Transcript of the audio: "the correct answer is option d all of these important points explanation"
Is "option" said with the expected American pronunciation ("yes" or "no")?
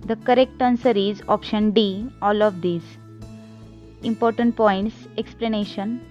yes